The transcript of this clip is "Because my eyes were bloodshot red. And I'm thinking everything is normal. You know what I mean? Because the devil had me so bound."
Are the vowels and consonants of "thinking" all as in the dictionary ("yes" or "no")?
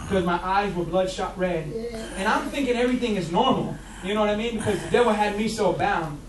yes